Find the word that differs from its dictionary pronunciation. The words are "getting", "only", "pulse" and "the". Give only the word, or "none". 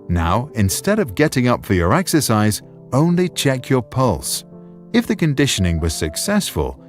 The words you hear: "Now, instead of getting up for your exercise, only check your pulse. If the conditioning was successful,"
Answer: none